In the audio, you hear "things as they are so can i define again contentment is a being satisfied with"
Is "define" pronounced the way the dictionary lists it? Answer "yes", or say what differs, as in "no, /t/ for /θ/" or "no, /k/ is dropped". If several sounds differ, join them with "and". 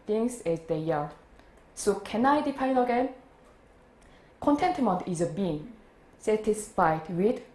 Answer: no, /p/ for /f/